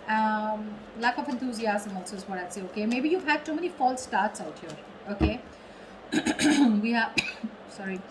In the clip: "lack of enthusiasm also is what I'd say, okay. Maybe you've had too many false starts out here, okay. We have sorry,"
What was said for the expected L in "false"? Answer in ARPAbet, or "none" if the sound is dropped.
L